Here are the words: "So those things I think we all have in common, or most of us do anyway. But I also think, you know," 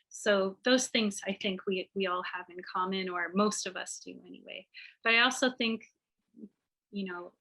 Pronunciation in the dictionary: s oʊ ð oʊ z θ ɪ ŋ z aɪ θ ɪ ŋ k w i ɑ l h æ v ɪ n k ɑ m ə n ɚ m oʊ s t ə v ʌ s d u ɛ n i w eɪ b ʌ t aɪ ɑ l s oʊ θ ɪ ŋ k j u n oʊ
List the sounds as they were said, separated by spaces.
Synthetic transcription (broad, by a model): s oʊ ð oʊ z θ ɪ ŋ z aɪ θ ɪ ŋ k w i ɑ l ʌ v ɪ n k ɑ m ə n ɚ m oʊ s t ə v ʌ s d u ɛ n i w eɪ b ʌ t aɪ ɑ l s oʊ θ ɪ ŋ k j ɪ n oʊ